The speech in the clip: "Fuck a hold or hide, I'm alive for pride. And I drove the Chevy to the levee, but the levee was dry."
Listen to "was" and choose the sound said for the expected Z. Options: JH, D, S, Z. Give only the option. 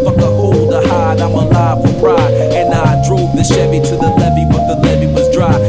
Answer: Z